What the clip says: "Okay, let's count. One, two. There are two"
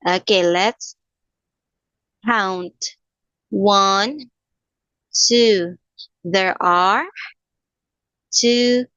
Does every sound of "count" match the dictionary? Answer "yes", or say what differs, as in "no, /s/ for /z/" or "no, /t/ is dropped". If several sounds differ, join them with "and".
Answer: yes